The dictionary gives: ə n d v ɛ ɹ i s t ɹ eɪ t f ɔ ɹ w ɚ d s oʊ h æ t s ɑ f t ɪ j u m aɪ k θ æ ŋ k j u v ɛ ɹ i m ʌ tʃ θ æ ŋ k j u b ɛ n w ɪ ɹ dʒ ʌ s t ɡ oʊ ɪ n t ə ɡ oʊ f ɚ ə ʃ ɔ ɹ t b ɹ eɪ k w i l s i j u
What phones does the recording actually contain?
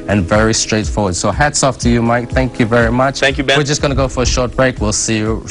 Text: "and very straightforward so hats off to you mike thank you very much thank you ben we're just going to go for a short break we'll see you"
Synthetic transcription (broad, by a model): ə n v ɛ ɹ i s t ɹ eɪ t f ɔ ɹ w ɚ d s oʊ h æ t s ɑ f t ɪ j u m aɪ k θ æ ŋ k j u v ɛ ɹ i m ʌ tʃ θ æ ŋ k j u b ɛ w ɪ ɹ dʒ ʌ s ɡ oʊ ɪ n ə ɡ oʊ f ɚ ə ʃ ɔ ɹ t b ɹ eɪ k w i l s i j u